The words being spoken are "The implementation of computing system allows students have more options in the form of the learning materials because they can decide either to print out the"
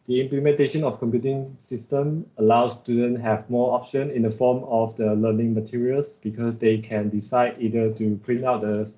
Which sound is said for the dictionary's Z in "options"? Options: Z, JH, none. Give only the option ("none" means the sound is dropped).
none